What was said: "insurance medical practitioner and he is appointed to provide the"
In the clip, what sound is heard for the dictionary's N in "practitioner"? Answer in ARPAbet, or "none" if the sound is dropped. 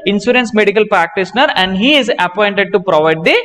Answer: N